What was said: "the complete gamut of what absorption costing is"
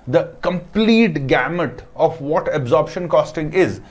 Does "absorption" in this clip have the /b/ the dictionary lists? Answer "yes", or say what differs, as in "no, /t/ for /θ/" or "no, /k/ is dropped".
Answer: yes